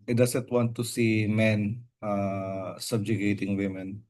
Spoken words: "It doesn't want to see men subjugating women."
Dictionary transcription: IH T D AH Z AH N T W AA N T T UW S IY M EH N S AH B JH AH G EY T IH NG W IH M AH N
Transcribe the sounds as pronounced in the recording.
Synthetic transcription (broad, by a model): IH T D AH S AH N T W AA N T T UW S IY M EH N S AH B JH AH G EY T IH NG W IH M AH N